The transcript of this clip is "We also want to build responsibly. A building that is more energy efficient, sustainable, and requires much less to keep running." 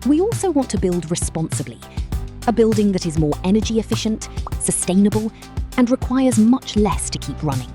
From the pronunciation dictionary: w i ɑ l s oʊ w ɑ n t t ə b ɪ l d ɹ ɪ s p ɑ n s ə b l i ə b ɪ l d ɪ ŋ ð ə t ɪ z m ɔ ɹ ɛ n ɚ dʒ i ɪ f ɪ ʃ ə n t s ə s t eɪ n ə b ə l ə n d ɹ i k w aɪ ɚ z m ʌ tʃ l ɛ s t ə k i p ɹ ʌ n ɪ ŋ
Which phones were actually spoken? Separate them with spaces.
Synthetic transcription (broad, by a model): w i ɑ l s oʊ w ɑ n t t ə b ɪ l d ɹ ɪ s p ɑ n s ə b l i ə b ɪ l d ɪ ŋ ð ə t ɪ z m ɔ ɹ ɛ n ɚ dʒ i ɪ f ɪ ʃ ə n t s ə s t eɪ n ə b ə l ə n ɹ i k w aɪ ɚ z m ʌ tʃ l ɛ s t ə k i p ɹ ʌ n ɪ ŋ